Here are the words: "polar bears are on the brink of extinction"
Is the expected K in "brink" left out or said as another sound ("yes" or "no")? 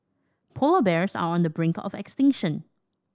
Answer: no